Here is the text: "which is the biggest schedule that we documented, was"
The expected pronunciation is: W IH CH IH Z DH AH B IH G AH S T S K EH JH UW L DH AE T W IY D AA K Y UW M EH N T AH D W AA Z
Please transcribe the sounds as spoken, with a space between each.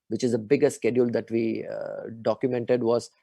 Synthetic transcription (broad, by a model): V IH CH IH Z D AH B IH G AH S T S K EH JH UW L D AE T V IY D AA K Y UW M EH N T AH D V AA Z